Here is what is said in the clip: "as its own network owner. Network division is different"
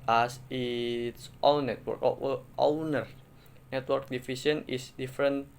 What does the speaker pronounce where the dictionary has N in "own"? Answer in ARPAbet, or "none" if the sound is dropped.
L